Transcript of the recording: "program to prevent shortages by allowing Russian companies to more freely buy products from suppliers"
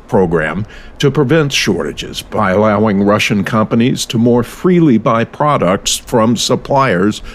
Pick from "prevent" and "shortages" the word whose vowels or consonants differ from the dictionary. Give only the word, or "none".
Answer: none